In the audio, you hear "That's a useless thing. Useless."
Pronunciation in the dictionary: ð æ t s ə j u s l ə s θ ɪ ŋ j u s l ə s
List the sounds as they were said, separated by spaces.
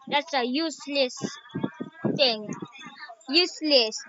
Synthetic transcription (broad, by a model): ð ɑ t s ə j u s l ə s t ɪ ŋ j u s l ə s